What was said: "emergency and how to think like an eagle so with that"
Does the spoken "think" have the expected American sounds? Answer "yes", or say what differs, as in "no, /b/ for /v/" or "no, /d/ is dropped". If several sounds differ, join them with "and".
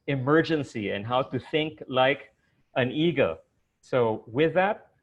yes